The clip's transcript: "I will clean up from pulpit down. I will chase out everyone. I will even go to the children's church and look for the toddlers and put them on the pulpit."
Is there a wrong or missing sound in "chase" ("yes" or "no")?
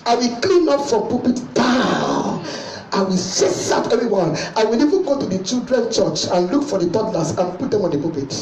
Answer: yes